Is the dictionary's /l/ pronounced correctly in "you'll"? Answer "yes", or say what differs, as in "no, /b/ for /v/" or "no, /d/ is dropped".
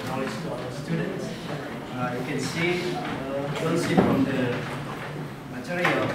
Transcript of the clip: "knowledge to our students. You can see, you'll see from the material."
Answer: no, /n/ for /l/